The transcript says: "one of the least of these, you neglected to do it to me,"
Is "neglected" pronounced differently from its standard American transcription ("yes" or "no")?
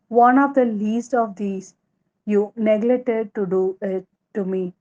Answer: yes